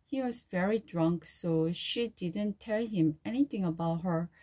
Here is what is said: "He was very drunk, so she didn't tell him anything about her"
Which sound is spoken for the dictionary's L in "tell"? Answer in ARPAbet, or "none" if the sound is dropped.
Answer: L